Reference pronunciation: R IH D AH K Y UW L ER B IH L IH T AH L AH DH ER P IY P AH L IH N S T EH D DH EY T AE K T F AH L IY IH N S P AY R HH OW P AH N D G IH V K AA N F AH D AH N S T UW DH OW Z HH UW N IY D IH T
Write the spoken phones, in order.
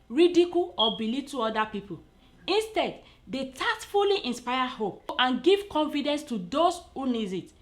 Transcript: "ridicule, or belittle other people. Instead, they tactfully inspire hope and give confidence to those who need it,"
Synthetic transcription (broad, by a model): R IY D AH K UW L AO B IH L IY T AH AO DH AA P IY P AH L IH N S T EH D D EY T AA T F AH L IY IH N S P AY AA HH OW P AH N G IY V K AA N F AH D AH N S T UW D OW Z HH UW N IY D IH T